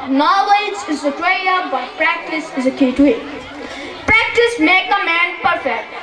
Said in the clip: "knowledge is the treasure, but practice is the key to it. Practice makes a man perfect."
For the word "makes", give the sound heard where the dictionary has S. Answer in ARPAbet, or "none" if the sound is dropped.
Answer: none